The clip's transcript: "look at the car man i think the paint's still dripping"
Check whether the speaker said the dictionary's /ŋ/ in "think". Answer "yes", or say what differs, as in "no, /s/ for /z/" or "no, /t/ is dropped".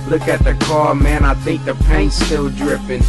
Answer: yes